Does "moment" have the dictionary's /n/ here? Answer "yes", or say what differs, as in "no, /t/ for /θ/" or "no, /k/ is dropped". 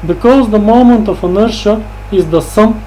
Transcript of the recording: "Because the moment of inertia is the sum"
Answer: yes